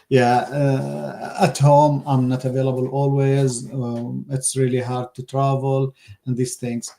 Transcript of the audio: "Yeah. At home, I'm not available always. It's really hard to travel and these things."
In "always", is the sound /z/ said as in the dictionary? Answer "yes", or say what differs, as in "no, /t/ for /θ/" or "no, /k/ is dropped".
yes